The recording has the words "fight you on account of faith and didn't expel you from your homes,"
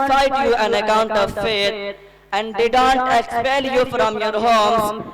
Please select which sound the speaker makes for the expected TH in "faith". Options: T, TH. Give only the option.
T